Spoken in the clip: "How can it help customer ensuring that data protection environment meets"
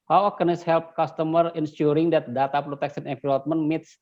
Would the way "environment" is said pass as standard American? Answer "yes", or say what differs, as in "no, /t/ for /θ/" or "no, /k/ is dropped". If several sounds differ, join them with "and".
no, /l/ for /ɹ/